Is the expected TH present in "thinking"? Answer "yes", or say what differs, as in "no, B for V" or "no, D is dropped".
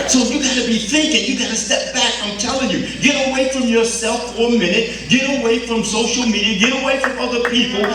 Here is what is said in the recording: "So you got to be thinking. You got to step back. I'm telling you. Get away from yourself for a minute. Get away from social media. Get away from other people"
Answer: yes